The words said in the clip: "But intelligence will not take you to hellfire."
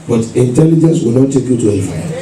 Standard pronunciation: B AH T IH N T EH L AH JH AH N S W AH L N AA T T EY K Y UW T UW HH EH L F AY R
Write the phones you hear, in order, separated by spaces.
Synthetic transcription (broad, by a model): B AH T IH N T EH L AH JH AH N S W AH L N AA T T EY K Y UW T UW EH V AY